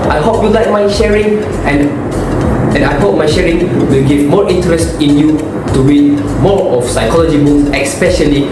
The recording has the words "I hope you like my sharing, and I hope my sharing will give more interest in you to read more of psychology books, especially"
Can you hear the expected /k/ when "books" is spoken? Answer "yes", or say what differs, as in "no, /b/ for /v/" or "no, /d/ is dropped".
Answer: no, /k/ is dropped